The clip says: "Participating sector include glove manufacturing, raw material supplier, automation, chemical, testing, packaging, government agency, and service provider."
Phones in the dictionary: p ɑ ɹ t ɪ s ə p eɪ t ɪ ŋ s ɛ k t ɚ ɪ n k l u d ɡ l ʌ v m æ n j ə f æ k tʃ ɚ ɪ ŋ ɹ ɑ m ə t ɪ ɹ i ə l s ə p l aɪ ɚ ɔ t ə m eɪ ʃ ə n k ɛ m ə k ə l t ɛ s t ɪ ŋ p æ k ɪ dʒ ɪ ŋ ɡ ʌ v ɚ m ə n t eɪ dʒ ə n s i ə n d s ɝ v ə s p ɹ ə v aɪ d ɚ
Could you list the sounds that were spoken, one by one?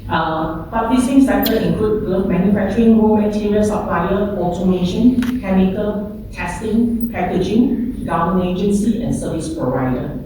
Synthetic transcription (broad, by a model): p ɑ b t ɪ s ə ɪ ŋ s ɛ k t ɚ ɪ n k l u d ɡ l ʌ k m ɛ n j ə f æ k tʃ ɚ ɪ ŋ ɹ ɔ m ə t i ɹ i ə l s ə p l aɪ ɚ ɔ t ə m eɪ ʃ ə n k ɛ m ə k ə l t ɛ s t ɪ ŋ p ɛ k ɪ dʒ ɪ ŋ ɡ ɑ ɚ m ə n eɪ dʒ ə n s i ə n s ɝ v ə s p ɹ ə v aɪ d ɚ